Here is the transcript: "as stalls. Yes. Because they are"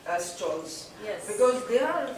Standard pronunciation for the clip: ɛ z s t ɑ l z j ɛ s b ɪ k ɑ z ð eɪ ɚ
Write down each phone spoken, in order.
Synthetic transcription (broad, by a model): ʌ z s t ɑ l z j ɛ b ɪ k ɑ z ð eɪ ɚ